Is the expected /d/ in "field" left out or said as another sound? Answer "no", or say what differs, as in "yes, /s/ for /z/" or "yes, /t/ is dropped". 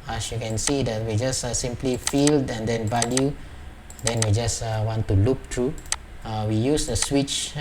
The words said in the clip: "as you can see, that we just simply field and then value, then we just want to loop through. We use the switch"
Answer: no